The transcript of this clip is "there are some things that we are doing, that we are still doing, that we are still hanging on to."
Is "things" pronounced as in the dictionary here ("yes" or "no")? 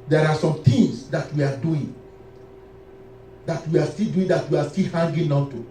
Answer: no